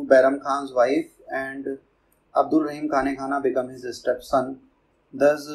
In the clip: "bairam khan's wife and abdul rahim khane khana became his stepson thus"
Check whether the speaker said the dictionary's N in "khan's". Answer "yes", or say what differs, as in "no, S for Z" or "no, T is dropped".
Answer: yes